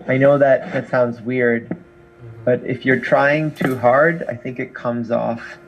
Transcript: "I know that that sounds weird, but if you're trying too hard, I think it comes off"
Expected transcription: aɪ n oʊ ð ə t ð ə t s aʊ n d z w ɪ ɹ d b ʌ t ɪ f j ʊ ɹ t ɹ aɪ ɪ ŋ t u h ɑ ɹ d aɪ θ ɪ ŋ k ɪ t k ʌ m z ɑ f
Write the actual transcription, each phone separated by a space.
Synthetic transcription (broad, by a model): aɪ n oʊ ð ə t ð ə t s aʊ n d z w ɪ ɹ d b ʌ t ɪ f j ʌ ɹ t ɹ aɪ ɪ ŋ t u h ɑ ɹ d aɪ θ ɪ ŋ k ɪ t k ʌ m z ɑ f